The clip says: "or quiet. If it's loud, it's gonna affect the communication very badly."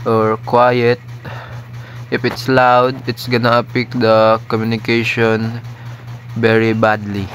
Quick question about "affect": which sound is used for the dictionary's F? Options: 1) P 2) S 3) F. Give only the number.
1